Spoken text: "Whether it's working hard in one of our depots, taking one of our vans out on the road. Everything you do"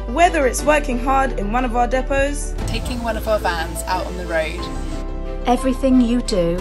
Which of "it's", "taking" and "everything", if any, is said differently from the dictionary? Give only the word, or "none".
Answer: none